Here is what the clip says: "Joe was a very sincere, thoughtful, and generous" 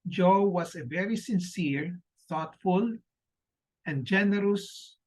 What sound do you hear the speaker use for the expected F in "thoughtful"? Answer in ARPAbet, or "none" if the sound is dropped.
F